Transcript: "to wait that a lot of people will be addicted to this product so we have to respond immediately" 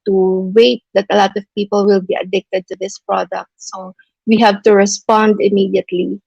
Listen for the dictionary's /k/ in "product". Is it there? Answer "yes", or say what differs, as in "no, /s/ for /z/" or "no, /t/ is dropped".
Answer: yes